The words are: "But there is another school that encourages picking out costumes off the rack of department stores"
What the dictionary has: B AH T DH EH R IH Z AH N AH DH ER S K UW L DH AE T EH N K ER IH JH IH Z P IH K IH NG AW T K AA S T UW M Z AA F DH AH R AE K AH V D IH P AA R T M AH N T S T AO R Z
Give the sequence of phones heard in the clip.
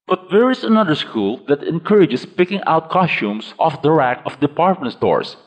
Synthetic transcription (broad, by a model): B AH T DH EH R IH S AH N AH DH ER S K UW L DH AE T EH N K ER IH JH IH S P IH K IH NG AW T K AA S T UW M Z AA F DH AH R AE K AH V D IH P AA R T M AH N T S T AO R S